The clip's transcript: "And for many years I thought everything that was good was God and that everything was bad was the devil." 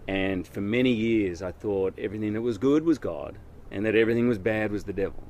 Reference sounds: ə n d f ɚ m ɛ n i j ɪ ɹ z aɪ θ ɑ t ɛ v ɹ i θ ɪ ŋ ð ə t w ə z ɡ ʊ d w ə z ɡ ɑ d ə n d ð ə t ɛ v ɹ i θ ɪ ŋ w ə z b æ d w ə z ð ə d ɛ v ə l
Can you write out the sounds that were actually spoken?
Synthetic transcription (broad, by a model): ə n f ɚ m ɛ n i j ɪ ɹ z aɪ θ ɑ t ɛ v ɹ i θ ɪ ŋ ð ə t w ə z ɡ ʊ d w ə z ɡ ɑ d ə n ð ə t ɛ v ɹ i θ ɪ ŋ w ə z b æ d w ə z ð ə d ɛ v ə l